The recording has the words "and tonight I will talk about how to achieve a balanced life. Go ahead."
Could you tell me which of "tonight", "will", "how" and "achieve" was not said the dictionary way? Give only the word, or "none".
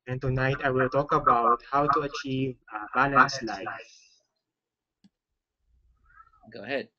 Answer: none